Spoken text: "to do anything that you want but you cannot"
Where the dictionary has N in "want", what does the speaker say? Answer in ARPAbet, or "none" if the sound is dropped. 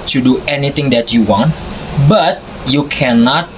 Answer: N